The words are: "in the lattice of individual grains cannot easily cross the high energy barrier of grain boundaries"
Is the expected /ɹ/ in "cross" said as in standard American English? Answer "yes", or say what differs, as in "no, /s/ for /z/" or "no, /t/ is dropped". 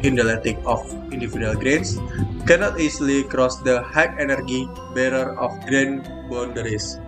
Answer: yes